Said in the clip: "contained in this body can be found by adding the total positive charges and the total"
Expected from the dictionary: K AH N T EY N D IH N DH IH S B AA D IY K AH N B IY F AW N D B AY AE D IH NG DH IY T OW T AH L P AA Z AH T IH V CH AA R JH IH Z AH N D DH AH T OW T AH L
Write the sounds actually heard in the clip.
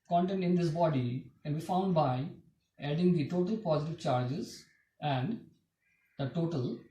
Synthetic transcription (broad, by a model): K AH N T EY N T IH N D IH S B AA D IY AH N B IY F AW N D B AY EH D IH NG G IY T OW T AH L P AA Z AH T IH V CH AA R JH IH Z AH N D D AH T OW T AH L